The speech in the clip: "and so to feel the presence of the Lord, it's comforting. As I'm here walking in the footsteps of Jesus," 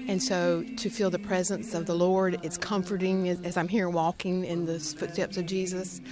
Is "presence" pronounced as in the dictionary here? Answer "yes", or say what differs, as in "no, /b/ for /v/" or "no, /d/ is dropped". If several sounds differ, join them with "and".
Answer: yes